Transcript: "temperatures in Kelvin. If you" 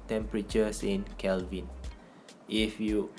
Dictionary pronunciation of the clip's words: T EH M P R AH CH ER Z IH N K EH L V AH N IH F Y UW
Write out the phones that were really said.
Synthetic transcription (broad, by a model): T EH M P R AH CH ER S IH N K EH L V AH N IH F Y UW